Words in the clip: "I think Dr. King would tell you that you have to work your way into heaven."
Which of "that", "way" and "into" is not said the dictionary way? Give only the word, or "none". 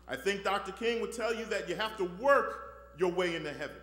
none